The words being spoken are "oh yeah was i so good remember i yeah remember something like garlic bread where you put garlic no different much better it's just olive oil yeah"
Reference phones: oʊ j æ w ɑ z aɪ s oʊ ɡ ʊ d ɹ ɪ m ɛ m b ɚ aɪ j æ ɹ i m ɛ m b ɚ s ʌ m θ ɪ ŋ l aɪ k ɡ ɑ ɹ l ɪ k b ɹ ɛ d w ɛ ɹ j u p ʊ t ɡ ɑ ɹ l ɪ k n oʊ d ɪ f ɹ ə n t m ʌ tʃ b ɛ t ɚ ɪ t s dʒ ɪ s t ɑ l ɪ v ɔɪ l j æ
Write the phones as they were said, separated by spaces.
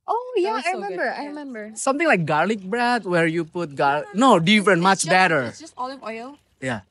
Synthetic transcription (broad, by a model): oʊ j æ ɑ aɪ ɹ ɪ m ɛ m b ɚ aɪ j ɹ i m ɛ m b ɚ s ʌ m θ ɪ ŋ l aɪ k ɡ ɑ ɹ l ɪ k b ɹ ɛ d w ɛ ɹ j u p ʊ t ɡ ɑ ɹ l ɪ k n oʊ d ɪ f ɹ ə n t m ʌ tʃ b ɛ t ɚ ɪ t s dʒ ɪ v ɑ ɪ l j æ